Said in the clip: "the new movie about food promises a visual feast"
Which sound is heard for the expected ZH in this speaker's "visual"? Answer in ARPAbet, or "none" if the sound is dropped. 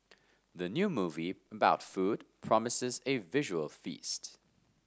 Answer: ZH